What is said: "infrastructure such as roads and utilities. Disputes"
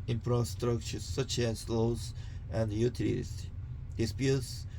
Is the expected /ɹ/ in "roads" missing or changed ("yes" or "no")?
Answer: yes